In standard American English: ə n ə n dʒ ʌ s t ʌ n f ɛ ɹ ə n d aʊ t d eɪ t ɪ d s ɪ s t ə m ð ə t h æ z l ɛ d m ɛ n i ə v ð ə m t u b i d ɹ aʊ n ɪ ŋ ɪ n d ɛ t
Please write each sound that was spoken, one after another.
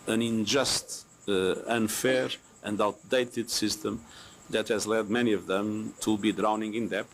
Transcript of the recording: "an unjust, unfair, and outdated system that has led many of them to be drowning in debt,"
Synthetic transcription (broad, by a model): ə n ə n dʒ ʌ s t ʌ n f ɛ ɹ ə n d aʊ t d eɪ t ɪ d s ɪ s t ə m ð ə t h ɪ z l ɛ d m ɛ n i ə v ð ə m t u b i d ɹ aʊ n ɪ ŋ ɪ n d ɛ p